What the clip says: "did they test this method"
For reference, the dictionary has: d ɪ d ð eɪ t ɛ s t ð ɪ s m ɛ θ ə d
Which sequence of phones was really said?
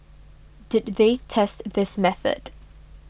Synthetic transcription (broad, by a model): d ɪ d ð eɪ t ɛ s t ð ɪ s m ɛ θ ə d